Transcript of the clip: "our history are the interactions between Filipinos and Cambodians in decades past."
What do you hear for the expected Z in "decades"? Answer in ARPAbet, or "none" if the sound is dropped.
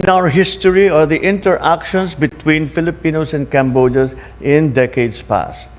S